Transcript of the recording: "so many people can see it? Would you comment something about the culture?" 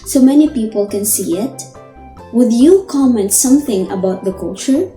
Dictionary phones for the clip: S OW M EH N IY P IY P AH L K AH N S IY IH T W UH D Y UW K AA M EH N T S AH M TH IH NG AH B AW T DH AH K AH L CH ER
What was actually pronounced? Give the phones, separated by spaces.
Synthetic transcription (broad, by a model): S OW M EH N IY P IY P AH L K AH N S IY IH T W UH D Y UW K AA M EH N T S AH M TH IH NG AH B AW T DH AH K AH L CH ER